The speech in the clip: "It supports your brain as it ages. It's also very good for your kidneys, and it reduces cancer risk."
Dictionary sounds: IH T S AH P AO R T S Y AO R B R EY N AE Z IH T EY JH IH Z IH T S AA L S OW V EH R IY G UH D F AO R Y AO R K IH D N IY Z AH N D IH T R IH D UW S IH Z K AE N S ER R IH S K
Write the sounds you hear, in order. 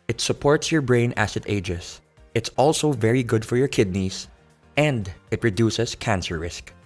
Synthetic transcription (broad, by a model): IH T S AH P AO R T S Y AO R B R EY N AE S IH T EY JH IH S IH T S AA L S OW V EH R IY G UH D F AO R Y AO R K IH D N IY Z AH N D IH T R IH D UW S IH S K AE N S ER R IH S K